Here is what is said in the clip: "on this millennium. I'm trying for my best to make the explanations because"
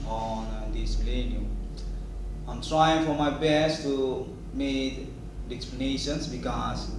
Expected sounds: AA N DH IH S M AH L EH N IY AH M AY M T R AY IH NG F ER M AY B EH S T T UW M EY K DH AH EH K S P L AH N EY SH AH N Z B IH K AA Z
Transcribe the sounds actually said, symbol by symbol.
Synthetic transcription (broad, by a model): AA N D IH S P L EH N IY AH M AY M T R AY IH NG F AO M AY B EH S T T UW M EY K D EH K S P L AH N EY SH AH N S B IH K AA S